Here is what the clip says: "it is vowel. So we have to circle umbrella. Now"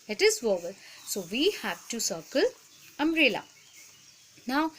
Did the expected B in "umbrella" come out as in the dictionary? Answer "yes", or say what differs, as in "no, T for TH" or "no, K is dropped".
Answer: no, B is dropped